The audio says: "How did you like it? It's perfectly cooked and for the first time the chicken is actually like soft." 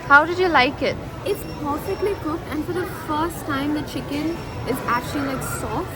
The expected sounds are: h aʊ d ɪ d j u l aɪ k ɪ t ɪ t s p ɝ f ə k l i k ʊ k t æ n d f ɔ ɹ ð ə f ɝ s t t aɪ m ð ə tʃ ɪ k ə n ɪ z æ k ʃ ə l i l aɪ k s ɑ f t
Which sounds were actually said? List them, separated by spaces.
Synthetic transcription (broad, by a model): h aʊ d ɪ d j u l aɪ k ɪ t ɪ t s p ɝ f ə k l i k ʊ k æ n d f ɔ ɹ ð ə f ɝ s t t aɪ m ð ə tʃ ɪ k ə n ɪ z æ k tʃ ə l i l aɪ k s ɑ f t